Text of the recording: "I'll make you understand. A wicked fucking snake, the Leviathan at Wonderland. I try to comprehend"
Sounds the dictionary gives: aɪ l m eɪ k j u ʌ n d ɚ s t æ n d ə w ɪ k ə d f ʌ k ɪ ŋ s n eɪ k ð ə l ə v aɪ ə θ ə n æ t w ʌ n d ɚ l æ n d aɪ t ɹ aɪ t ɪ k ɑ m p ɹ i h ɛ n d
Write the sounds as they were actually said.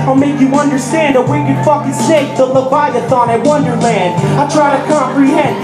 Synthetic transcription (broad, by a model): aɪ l m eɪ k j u ʌ n d ɚ s t æ n d ə w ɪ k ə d f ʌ k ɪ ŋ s eɪ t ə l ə b aɪ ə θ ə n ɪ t w ʌ n d ɚ l æ n d aɪ t ɹ aɪ t ɪ k ɑ m p ɹ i h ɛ n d